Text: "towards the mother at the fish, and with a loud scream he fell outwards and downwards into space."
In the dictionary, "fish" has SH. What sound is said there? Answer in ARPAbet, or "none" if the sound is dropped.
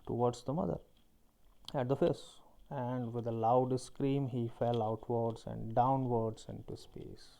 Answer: S